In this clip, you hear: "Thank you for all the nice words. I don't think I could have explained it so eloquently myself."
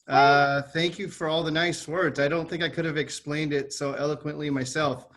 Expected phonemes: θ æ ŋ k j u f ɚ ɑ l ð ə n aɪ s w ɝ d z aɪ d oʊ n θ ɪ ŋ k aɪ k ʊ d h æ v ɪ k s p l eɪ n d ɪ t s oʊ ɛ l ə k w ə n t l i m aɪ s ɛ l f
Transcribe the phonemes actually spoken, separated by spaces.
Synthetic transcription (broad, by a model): θ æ ŋ k j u f ɚ ɑ l ð ə n aɪ s w ɝ d z aɪ d oʊ n θ ɪ ŋ k aɪ k ʊ d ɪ v ɪ k s p l eɪ n d ɪ t s oʊ ɛ l ə k w ə n t l i m aɪ s ɛ l f